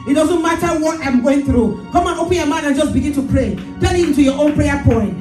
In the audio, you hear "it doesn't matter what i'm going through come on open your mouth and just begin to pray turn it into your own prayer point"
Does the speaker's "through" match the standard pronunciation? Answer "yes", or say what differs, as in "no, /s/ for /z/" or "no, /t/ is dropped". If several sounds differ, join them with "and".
yes